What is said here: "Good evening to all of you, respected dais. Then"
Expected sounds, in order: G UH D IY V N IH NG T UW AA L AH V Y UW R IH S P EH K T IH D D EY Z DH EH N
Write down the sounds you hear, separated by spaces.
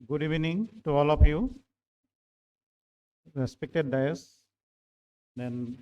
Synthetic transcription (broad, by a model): G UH D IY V N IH NG T UW AA L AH P Y UW R IH S P EH K T IH D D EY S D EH N